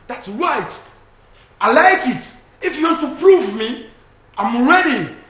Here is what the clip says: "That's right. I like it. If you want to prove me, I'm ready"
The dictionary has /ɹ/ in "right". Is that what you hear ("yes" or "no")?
yes